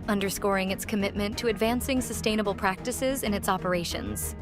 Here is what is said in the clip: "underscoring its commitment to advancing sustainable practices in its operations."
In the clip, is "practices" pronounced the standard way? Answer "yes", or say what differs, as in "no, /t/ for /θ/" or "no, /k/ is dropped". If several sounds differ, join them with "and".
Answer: yes